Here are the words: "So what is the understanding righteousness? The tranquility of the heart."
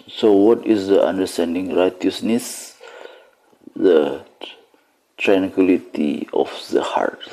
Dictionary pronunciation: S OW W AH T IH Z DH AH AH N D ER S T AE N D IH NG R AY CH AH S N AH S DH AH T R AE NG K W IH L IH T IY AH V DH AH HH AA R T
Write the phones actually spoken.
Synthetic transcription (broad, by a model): S OW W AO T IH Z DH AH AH N D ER S T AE N D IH NG R AY CH AH S N AH S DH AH T R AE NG K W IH L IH T IY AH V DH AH HH AA R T